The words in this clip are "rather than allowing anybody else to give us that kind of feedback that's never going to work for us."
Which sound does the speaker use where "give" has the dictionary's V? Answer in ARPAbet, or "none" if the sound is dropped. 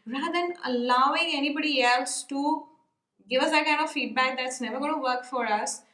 V